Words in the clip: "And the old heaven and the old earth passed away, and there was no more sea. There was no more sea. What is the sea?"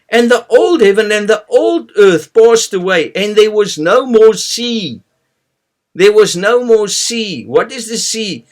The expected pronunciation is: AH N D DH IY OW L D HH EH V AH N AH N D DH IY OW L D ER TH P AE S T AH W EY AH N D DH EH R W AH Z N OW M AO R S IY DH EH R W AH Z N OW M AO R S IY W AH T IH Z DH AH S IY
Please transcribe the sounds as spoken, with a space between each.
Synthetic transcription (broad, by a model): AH N DH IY OW L D HH EH V AH N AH N DH IY OW L D ER TH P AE S T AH W EY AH N DH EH R W AH Z N OW M AO R S IY DH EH R W AH Z N OW M AO R S IY W AH T IH Z DH AH S IY